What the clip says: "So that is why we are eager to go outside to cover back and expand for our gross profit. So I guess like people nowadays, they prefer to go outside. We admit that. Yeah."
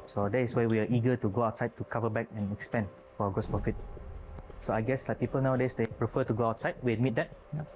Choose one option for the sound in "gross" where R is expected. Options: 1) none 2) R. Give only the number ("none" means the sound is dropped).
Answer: 1